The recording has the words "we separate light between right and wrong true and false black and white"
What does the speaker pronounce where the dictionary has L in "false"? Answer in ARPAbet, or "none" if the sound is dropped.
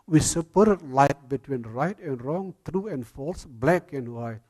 L